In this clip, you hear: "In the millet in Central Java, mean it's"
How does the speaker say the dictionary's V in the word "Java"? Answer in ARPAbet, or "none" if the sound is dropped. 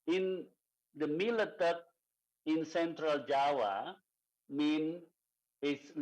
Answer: W